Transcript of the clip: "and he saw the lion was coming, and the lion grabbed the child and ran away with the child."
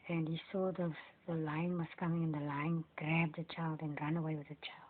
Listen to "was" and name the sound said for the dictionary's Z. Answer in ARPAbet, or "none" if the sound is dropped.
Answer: S